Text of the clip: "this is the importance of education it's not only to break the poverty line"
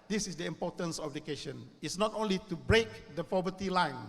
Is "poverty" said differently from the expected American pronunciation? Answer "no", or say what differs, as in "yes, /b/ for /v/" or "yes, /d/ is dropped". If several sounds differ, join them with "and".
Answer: yes, /f/ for /p/